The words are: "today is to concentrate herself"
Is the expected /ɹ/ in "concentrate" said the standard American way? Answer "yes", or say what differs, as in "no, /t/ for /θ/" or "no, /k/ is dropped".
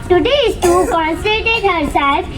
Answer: no, /ɹ/ is dropped